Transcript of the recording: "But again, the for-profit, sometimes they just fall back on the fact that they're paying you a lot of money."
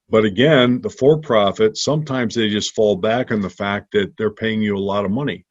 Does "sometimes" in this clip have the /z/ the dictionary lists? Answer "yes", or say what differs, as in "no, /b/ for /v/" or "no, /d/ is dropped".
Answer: yes